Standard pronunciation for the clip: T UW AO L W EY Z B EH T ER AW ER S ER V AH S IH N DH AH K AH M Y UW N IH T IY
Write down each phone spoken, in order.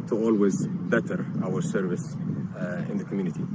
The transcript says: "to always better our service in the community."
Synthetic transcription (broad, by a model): T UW AO L W EY Z B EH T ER AW ER S ER V AH S IH N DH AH K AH M Y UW N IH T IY